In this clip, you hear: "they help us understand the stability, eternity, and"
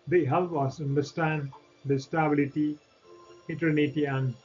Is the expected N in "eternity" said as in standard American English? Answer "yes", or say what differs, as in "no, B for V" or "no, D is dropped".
yes